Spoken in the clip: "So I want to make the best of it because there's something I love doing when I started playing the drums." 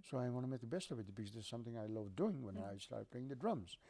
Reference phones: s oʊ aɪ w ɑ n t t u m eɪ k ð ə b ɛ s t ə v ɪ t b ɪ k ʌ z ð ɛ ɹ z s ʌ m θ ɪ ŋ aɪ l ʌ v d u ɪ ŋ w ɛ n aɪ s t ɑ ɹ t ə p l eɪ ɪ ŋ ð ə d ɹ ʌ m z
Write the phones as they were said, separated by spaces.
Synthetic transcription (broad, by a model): s oʊ aɪ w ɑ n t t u m eɪ k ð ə b ɛ s t ə v ɪ t b ɪ k ʌ z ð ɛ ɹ s ʌ m θ ɪ ŋ aɪ l ʌ v d u ɪ ŋ w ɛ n aɪ s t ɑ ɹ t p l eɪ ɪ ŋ ð ə d ɹ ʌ m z